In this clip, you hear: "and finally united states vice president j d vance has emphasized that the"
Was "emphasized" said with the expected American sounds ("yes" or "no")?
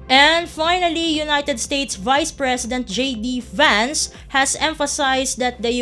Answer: no